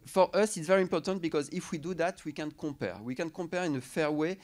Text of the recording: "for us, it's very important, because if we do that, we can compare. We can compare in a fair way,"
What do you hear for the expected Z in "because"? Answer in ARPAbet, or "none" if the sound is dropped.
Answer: Z